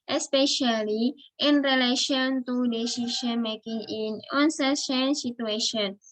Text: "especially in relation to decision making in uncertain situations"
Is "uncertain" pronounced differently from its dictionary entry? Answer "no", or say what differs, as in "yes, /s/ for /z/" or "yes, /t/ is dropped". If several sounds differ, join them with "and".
yes, /s/ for /t/